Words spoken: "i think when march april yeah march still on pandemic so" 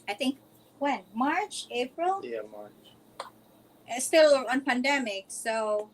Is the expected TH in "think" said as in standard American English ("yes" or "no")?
no